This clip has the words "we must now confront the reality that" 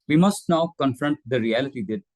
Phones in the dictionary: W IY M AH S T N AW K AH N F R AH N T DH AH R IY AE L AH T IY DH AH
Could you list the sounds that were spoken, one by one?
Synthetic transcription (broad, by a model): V IY M AH S T N AW K AH N F R AH N T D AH R IY AE L AH T IY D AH